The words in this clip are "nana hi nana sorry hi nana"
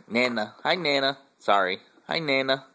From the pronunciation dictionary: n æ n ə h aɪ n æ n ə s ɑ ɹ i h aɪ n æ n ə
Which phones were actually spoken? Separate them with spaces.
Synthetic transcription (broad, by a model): n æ n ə h aɪ n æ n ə s ɑ ɹ i h aɪ n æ n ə